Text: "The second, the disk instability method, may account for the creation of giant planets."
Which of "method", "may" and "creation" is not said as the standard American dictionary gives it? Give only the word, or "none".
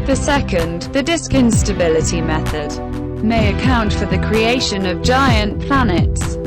none